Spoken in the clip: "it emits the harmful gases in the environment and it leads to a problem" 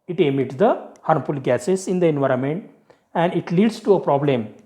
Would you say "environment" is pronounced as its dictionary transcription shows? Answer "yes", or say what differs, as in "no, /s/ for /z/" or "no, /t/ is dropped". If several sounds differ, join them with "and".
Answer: yes